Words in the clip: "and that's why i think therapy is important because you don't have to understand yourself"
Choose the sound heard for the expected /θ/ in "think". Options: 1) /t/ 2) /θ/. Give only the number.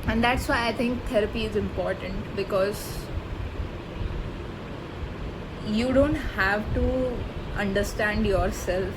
1